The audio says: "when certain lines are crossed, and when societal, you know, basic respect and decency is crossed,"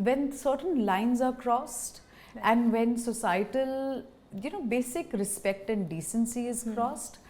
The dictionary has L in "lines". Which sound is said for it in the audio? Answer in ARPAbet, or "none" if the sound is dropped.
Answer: L